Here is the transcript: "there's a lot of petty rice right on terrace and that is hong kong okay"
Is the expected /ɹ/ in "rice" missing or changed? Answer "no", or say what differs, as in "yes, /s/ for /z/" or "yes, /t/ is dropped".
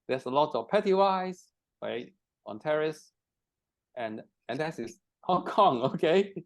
yes, /w/ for /ɹ/